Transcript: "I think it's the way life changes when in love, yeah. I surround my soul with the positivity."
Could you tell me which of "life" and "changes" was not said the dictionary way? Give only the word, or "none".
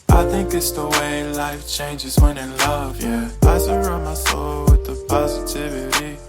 none